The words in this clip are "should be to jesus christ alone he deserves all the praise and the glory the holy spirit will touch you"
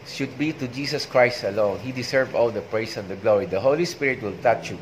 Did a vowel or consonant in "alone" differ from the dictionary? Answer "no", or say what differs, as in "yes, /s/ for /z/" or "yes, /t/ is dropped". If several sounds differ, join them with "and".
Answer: no